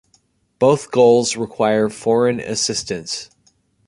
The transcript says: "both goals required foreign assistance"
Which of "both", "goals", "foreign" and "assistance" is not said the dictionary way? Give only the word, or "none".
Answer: none